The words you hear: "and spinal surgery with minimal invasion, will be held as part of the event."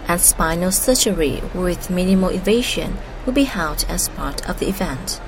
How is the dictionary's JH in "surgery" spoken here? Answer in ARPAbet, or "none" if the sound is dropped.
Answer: CH